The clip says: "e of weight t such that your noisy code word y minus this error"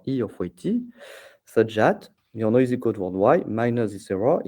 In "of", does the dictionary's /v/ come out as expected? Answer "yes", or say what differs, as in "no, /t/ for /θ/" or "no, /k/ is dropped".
no, /f/ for /v/